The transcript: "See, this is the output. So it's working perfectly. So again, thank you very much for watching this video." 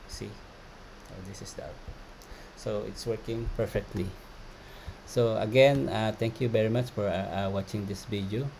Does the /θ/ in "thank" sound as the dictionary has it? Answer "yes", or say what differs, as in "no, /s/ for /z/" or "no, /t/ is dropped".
no, /t/ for /θ/